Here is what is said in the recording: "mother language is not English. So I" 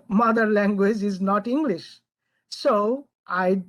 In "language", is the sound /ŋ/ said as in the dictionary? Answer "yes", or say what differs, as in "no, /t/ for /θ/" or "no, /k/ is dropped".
yes